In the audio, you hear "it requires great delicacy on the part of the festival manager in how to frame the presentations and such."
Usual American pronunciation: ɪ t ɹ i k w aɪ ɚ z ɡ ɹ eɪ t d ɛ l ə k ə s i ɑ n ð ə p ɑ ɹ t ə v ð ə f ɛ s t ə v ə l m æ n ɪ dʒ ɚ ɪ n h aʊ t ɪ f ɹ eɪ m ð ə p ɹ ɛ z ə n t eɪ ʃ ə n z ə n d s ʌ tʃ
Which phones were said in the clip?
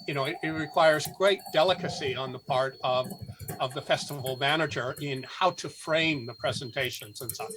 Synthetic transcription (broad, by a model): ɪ t ɹ i k w aɪ ɚ z ɡ ɹ eɪ t d ɛ l ə k ə s i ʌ n ð ə p ɑ ɹ t ə v ð ə f ɛ s t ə v l m æ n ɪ dʒ ɚ ɪ n h aʊ t ɪ f ɹ eɪ m ð ə p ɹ ɛ z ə n t eɪ ʃ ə n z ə n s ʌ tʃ